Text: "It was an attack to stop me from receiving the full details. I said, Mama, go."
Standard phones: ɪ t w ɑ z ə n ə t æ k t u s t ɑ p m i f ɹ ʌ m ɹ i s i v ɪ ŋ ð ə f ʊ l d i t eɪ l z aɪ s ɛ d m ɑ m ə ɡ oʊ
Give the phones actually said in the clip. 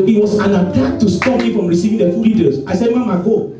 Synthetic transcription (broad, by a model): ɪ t w ɑ s ə n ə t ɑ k t u s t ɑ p m i f ɹ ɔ m ɹ i s i v ɪ ŋ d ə f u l i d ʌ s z aɪ s ɛ d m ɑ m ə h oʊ